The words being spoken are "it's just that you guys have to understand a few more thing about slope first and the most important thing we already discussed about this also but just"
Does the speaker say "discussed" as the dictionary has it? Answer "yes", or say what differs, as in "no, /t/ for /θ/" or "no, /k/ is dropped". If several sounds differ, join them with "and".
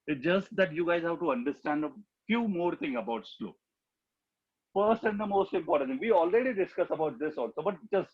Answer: no, /t/ is dropped